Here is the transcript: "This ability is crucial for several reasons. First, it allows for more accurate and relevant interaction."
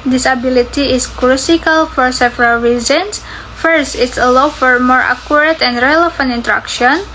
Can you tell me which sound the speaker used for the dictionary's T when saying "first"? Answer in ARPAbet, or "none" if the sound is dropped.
T